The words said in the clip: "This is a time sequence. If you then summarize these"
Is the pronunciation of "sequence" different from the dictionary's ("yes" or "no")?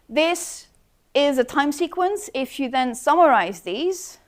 no